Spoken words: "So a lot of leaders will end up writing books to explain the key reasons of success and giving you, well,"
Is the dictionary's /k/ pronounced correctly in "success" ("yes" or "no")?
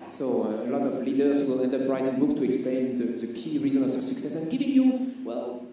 yes